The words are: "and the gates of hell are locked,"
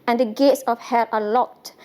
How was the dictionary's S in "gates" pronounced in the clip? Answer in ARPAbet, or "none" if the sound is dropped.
S